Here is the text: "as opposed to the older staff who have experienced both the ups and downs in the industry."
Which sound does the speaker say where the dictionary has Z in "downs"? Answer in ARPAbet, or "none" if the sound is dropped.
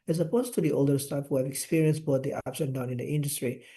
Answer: none